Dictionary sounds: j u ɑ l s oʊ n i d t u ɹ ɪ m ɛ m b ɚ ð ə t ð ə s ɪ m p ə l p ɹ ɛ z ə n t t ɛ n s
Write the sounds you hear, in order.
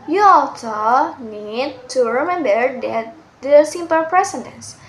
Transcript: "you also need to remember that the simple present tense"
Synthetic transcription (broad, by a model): j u ɑ l s oʊ n i d t u ɹ ɪ m ɛ m b ɚ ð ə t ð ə s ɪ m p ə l p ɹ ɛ s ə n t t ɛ n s